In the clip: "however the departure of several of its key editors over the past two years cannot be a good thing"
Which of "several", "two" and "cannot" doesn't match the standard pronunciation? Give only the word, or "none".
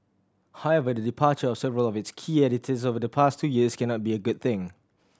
none